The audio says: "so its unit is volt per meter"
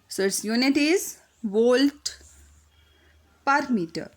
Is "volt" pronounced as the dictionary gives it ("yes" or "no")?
yes